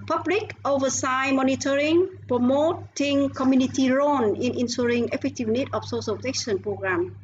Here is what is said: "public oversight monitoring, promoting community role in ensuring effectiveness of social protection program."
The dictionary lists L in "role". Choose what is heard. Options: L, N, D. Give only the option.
N